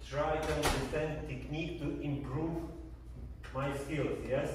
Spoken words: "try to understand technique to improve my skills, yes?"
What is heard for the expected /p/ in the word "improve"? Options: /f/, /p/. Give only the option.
/p/